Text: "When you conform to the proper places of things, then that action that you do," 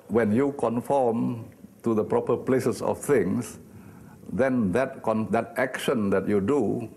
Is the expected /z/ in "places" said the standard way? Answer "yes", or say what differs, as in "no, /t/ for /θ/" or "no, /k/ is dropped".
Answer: no, /s/ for /z/